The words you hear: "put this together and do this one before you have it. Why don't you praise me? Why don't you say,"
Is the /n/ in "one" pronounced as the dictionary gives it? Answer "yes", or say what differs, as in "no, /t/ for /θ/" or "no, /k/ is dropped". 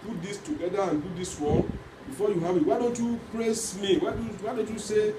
no, /l/ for /n/